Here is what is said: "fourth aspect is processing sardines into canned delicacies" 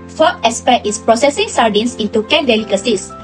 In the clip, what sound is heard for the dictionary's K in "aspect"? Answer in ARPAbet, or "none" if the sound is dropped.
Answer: none